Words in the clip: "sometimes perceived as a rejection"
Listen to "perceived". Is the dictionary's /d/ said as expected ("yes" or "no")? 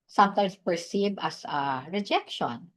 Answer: no